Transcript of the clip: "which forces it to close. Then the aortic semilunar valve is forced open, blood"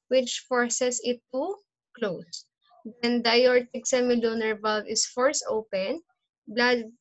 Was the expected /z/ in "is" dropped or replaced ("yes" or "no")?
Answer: yes